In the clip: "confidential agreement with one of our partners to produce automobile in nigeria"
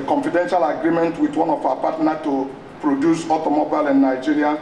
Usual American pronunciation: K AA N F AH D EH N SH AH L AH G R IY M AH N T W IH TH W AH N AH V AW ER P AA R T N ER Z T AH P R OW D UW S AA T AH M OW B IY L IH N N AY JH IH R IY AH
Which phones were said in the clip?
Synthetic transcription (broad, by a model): K AA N F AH D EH N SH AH L AH G R IY M AH N T W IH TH W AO N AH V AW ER P AA T N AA T AH P R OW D UW S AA T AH M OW B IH L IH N N AY JH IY R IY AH